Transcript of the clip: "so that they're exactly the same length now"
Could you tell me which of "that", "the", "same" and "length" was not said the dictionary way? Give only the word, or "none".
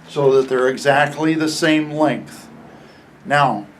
none